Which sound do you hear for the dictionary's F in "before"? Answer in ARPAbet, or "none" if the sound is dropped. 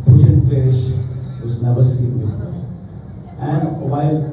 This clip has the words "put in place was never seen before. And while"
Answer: none